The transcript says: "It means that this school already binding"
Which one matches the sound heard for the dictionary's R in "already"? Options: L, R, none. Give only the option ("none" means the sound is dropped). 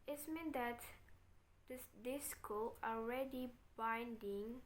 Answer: R